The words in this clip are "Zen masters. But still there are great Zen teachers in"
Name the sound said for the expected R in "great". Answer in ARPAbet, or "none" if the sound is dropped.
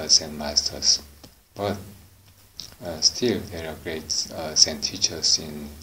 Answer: R